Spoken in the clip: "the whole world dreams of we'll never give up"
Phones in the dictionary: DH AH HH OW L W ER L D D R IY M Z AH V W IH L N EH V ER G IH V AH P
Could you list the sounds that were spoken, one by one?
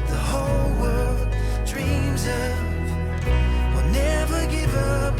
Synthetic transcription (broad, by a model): DH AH HH OW L W ER L D D R IY M Z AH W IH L N EH V ER G IH V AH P